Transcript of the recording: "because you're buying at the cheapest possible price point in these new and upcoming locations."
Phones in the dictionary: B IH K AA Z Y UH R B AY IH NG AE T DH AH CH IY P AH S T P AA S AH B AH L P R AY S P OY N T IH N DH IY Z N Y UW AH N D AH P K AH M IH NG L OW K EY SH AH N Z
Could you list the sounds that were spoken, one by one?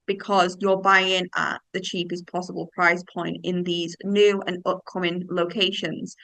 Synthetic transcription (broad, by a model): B IH K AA Z Y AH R B AY IH NG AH T DH AH CH IY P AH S P AA S AH B AH L P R AY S P OY N T IH N DH IY Z N Y UW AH N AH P K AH M IH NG L OW K EY SH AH N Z